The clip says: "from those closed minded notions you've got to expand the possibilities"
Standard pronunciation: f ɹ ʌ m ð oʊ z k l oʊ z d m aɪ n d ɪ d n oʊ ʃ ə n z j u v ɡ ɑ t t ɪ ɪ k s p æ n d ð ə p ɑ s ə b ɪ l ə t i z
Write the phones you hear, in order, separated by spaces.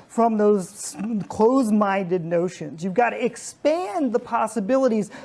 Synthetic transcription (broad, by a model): f ɹ ʌ m ð oʊ z k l oʊ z m aɪ n d ɪ d n oʊ ʃ ə n z j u v ɡ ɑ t t ɪ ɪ k s p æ n ð ə p ɑ s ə b ɪ l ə t i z